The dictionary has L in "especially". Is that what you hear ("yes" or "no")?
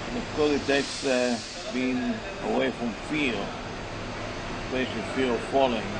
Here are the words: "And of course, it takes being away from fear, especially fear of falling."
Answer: no